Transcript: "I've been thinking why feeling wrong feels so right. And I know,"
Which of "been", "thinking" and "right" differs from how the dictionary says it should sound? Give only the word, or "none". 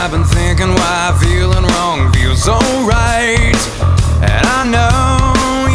none